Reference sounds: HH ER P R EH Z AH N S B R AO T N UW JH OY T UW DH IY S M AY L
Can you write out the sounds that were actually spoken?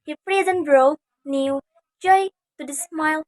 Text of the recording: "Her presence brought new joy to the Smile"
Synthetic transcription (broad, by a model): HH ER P R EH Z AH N B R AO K N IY JH OY T UW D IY S M AY L